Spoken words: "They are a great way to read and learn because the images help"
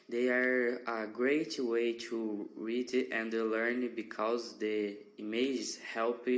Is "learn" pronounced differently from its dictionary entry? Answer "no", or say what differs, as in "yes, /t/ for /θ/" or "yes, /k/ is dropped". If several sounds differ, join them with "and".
no